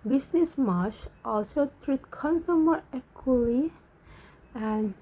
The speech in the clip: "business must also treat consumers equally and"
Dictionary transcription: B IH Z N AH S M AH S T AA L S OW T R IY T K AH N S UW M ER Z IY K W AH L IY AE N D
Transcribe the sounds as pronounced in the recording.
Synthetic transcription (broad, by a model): B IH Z N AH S M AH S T AA L S OW T R IY T K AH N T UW M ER EH K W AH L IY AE N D